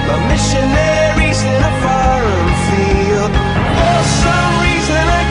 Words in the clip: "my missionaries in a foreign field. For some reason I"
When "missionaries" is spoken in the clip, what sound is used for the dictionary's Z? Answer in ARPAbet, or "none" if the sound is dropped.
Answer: Z